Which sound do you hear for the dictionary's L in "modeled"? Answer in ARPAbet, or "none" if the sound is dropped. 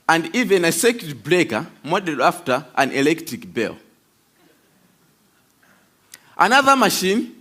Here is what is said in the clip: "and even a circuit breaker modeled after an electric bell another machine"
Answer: none